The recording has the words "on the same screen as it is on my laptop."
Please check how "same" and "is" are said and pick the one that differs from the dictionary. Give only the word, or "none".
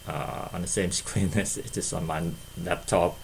is